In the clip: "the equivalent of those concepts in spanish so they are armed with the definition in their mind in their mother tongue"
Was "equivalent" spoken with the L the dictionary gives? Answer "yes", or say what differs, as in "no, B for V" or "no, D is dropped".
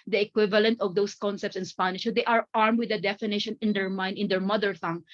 yes